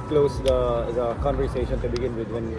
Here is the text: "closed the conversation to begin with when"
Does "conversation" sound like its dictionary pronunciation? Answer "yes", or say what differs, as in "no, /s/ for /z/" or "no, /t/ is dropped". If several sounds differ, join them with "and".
no, /v/ is dropped